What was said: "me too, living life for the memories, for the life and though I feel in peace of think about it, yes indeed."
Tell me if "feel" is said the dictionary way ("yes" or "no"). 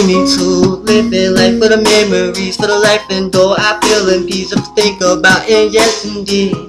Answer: no